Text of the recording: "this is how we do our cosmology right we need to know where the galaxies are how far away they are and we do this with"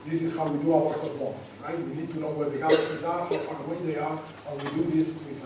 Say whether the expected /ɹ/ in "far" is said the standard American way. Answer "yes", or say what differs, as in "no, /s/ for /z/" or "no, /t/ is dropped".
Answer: no, /w/ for /ɹ/